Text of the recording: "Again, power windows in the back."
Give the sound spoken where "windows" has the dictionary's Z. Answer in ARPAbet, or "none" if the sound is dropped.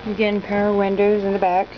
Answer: Z